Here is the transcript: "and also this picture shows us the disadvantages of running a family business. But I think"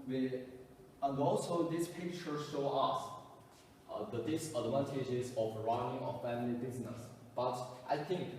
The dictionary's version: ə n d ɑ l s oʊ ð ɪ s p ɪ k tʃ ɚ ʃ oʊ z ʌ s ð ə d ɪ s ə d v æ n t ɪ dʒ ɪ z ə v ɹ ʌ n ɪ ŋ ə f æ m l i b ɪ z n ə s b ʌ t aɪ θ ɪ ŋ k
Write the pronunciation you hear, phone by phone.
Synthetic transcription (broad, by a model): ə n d ɑ l s oʊ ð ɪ s p ɪ k tʃ ɚ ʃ oʊ ʌ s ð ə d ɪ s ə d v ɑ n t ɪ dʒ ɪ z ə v ɹ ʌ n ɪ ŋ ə f æ m l i b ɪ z n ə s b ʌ t aɪ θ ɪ ŋ k